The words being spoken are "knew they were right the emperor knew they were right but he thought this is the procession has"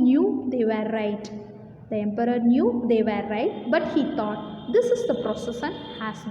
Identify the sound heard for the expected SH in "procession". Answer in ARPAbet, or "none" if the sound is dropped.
S